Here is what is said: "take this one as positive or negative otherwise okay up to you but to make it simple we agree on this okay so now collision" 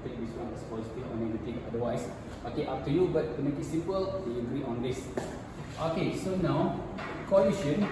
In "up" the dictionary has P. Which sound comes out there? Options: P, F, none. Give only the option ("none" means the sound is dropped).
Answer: F